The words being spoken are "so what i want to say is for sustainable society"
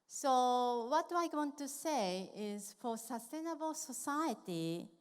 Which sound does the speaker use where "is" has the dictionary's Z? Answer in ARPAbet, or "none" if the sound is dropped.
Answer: Z